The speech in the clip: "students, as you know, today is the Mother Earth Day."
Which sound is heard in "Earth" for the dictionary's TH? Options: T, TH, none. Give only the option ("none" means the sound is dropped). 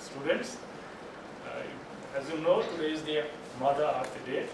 T